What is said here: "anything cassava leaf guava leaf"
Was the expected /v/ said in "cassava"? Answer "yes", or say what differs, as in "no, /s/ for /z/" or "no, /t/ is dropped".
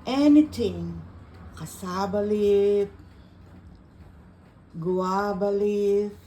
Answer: no, /b/ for /v/